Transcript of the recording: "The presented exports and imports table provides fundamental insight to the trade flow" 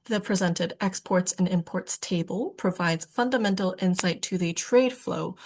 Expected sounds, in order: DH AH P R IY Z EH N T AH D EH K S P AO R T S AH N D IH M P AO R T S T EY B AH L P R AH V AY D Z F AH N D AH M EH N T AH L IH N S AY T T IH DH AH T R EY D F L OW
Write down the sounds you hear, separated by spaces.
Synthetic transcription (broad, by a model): DH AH P R IY Z EH N T AH D EH K S P AO R T S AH N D IH M P AO R T S T EY B AH L P R AH V AY D Z F AH N D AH M EH N T L IH N S AY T T IH DH AH T R EY D F L OW